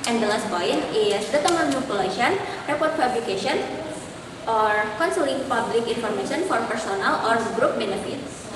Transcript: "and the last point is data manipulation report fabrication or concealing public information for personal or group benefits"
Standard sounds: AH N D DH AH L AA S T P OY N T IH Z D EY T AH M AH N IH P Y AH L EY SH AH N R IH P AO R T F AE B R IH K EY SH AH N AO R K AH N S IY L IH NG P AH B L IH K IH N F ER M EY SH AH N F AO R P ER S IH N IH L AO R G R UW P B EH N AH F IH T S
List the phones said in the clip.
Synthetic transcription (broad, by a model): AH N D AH L AA S T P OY N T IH S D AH T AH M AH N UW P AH L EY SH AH N R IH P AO R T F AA B L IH K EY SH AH N AO R K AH N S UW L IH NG P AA B L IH K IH N F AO M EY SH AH N F AO R P ER S IH N IH L AO R G R UW P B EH N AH F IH T S